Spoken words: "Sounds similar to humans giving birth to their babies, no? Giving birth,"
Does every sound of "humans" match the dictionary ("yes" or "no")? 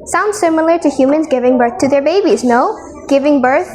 yes